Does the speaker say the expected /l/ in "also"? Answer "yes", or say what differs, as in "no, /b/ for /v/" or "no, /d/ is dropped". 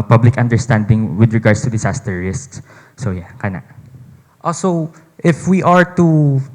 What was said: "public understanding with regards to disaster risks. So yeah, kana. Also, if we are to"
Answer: no, /l/ is dropped